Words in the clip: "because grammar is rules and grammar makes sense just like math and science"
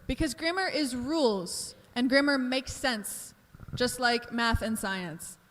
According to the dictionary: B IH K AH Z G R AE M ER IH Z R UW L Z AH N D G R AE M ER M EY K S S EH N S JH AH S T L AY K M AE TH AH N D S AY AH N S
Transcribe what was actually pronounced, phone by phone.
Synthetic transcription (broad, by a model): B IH K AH Z G R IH M ER IH Z R UW L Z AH N G R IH M ER M EY K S S EH N S JH AH S T L AY K M AE TH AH N S AY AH N S